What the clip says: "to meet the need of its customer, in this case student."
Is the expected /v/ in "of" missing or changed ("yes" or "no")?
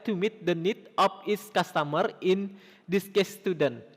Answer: yes